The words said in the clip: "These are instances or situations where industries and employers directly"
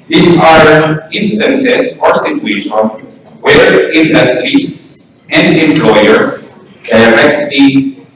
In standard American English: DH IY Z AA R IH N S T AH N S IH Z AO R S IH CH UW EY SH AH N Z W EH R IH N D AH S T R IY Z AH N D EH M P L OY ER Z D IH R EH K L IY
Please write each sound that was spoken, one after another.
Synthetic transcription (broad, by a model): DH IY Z AA R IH N S T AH N S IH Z AO R S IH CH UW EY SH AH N W EH R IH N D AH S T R IY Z AH N D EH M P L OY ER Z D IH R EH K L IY